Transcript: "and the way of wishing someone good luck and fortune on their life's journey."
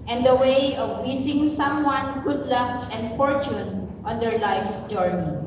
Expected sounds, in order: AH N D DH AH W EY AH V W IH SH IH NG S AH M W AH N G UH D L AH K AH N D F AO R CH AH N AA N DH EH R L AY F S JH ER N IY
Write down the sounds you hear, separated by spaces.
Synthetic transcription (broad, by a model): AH N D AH W EY AH V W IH S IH NG S AH M W AH N G UH D L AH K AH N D F AO R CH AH N AA N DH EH R L AY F S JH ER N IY